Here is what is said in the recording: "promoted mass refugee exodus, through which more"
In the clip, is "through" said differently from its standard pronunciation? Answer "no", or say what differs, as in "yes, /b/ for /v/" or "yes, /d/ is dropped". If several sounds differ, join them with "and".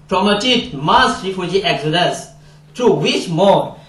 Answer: yes, /t/ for /θ/